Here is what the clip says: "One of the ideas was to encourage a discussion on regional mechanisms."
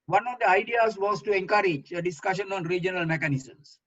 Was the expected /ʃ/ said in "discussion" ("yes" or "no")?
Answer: yes